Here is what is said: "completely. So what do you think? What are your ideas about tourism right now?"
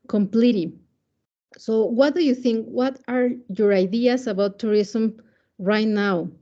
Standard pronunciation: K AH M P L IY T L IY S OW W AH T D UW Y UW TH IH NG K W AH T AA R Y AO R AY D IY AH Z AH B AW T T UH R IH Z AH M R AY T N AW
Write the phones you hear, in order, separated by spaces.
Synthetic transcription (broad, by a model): K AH M P L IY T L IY S OW W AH T D UW Y UW TH IH NG K W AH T AA R Y AO R AY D IY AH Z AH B AW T T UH R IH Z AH M R AY T N AW